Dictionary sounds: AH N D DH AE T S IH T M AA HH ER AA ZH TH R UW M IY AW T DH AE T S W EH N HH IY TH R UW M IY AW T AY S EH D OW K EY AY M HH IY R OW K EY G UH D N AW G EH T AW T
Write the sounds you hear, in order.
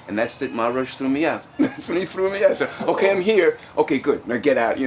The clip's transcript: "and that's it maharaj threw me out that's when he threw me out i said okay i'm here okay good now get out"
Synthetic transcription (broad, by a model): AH N DH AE T S IH T M AA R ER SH TH R UW M IY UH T DH AE T S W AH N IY TH R UW M IY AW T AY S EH OW K EY AY M HH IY R OW K EY G UH D N AW G EH T AW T